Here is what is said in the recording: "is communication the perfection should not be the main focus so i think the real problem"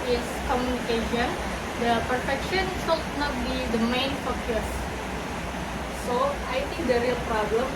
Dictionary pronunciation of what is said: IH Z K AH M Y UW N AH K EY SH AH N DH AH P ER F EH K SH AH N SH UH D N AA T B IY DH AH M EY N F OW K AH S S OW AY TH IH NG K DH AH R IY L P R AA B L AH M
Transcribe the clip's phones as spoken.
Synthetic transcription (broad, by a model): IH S K AH M Y UW N AH K EY SH AH N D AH P ER F EH K SH AH N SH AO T N AA T B IY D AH M EY N F OW K AH S S OW AY T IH NG K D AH R IY L P R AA B L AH M